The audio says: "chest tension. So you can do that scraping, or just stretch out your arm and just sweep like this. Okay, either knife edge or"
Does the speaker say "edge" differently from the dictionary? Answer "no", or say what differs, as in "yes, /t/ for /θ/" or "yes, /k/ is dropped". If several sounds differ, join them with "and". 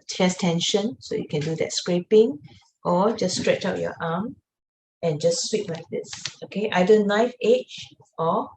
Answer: yes, /tʃ/ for /dʒ/